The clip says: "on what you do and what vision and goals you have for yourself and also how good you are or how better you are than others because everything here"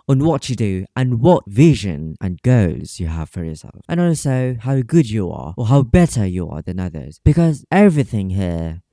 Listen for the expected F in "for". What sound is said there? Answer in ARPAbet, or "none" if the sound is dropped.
F